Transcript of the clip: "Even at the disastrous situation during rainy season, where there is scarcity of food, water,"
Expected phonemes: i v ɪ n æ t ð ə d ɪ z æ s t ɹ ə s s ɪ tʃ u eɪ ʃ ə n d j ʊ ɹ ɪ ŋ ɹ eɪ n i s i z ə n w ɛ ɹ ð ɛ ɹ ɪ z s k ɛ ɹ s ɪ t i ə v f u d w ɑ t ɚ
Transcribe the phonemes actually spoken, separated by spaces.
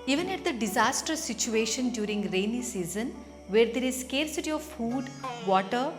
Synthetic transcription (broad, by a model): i v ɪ n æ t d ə d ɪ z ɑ s t ə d s ɪ tʃ u eɪ ʃ ə n d j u ɹ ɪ ŋ ɹ eɪ n i s i z ə n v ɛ ɹ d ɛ ɹ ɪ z s k ɛ ɹ s ɪ t i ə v f u d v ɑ t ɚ